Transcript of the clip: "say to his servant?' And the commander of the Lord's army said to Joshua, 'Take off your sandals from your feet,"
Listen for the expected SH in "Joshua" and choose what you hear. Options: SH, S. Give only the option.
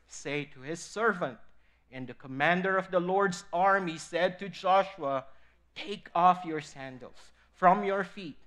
SH